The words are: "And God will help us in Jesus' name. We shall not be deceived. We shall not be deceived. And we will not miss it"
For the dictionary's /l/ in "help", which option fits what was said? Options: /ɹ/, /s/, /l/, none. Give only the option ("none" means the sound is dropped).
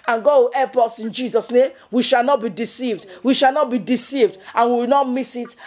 none